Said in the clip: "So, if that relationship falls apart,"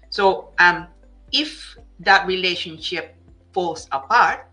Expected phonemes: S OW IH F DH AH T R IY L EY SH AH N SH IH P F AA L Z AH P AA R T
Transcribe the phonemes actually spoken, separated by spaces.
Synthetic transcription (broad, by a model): S OW IH F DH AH T R IY L EY SH AH N SH IH P F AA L S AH P AA R T